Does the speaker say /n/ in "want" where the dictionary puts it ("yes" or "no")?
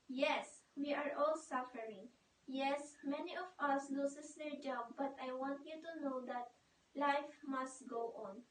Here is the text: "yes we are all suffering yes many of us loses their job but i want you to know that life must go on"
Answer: yes